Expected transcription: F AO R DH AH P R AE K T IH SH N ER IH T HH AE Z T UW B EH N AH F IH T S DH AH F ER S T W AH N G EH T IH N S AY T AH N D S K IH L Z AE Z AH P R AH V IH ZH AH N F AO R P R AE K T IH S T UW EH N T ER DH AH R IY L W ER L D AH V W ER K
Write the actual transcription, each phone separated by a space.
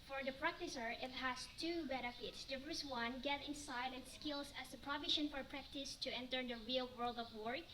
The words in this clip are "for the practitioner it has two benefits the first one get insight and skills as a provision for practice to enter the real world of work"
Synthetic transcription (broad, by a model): F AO R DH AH P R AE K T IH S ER IH T HH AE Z T UW B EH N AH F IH T S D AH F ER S W AH N G EH T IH N S AY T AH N S K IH L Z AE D AH P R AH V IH SH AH N F AO R P R AE K T IH S T UW EH N T ER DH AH R IY L W ER L D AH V W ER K